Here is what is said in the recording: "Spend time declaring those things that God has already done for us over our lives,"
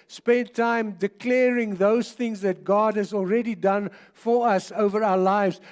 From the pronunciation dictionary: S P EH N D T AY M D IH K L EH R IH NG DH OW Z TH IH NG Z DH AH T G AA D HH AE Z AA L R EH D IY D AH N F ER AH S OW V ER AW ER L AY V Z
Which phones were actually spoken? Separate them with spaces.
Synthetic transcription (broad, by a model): S P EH N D T AY M D IH K L EH R IH NG DH OW Z TH IH NG Z DH AH T G AA D HH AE Z AA L R EH D IY D AH N F ER AH S OW V ER AW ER L AY V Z